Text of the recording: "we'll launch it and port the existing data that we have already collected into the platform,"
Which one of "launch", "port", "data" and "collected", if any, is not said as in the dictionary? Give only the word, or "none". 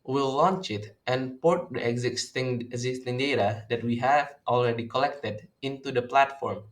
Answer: none